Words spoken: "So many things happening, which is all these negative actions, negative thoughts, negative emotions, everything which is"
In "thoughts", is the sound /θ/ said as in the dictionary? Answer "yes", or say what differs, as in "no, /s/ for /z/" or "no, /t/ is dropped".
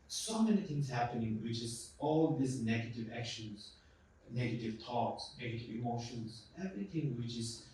no, /t/ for /θ/